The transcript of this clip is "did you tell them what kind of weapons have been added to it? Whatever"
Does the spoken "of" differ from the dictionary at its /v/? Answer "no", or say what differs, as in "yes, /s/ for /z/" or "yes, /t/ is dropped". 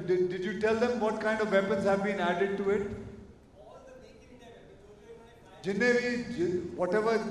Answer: no